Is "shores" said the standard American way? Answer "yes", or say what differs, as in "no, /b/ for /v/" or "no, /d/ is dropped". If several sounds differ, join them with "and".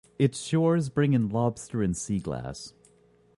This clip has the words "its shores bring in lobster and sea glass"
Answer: yes